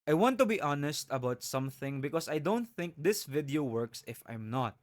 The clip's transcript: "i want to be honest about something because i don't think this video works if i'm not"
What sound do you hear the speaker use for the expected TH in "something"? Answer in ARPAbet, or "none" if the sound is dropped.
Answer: TH